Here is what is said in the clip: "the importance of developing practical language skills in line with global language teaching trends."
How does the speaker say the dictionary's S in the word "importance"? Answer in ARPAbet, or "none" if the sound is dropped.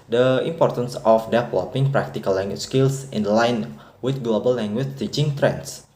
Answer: S